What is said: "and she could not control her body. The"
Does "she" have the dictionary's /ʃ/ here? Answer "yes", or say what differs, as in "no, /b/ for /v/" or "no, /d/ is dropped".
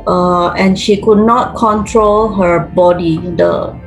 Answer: yes